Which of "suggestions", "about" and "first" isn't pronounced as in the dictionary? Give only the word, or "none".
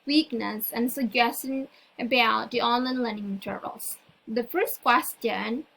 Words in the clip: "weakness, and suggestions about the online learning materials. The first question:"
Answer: suggestions